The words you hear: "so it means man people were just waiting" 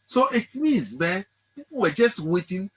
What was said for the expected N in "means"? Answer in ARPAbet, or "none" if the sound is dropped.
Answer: none